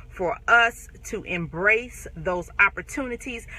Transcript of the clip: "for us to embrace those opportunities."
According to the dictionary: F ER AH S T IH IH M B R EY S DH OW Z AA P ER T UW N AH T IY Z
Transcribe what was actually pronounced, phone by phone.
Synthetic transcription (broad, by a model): F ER AH S T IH IH M B R EY S DH OW Z AA P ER T UW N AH T IY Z